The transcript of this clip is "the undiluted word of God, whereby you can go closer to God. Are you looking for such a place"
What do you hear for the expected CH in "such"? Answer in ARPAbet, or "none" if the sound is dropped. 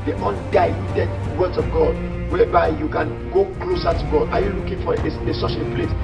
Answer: SH